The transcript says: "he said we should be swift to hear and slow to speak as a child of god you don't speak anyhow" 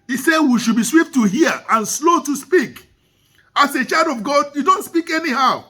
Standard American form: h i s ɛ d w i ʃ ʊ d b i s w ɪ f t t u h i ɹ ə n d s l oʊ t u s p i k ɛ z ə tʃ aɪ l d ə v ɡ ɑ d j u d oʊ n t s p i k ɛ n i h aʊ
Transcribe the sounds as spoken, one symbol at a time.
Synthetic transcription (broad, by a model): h i s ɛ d w i ʃ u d b i s w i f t t u h i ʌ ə n s l oʊ t u s p i k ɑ s ə tʃ aɪ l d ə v ɡ ɑ d j u d oʊ n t s p i k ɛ n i h aʊ